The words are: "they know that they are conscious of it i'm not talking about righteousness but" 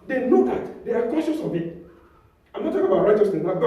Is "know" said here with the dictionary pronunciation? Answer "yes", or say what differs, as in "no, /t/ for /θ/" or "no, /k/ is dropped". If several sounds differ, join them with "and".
no, /l/ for /n/